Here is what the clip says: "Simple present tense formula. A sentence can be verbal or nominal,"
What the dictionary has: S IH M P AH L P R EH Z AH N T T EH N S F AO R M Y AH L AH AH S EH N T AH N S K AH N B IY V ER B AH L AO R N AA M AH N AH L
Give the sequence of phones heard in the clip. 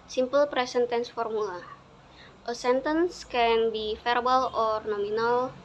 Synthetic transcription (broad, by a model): S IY M P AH L P R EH S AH N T T EH N S F AO R M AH L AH AH S EH N T AH N S K AH N B IY F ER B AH L AO R N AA M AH N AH L